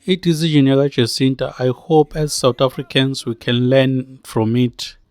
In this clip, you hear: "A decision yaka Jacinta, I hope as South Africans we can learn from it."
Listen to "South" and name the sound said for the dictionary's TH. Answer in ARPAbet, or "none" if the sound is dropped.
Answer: T